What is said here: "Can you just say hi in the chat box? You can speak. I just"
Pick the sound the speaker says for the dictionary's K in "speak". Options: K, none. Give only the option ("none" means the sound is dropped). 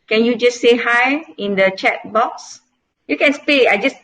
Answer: none